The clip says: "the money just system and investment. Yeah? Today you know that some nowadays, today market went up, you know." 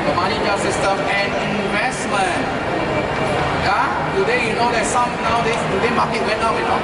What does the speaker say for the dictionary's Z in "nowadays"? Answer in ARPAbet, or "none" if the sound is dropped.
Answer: none